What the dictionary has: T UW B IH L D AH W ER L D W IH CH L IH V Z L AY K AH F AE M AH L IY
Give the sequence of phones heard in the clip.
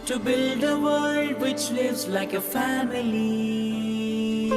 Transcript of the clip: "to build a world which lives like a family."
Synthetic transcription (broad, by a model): T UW B IH L D AH W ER L D W IH CH L IH V Z L AY K AH F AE M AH L IY